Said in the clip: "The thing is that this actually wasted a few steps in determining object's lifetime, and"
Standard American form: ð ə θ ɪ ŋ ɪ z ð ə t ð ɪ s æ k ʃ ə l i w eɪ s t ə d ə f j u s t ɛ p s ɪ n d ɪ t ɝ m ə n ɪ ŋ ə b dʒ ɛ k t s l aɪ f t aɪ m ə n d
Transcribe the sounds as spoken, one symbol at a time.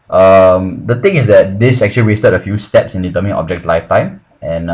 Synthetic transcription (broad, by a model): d ə t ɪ ŋ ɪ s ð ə t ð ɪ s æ k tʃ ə l i w eɪ s t ə d ə f j u s t ɛ p s ɪ n d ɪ t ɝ m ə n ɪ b dʒ ɛ k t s l aɪ f t aɪ m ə n